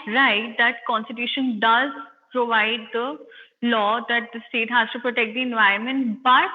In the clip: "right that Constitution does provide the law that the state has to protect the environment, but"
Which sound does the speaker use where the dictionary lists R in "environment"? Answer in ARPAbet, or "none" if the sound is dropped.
none